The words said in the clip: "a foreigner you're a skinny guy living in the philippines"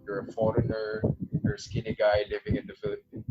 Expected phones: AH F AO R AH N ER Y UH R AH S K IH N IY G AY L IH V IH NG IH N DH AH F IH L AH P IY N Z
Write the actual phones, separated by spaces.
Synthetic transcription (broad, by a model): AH F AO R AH N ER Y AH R S K IH N IY G AY L IH V IH NG IH N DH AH F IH L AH P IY N